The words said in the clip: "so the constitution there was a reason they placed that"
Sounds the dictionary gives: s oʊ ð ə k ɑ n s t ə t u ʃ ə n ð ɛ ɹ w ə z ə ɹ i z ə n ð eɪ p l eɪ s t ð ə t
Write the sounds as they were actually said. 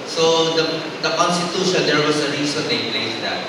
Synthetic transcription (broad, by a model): s oʊ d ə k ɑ n s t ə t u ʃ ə n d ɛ ɹ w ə s ə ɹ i s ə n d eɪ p l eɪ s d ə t